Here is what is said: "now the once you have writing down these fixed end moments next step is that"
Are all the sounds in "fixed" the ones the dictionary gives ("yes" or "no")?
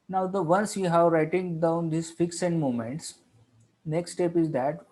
no